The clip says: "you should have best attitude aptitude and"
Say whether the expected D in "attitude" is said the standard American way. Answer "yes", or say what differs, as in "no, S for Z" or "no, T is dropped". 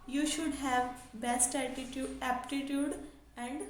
no, D is dropped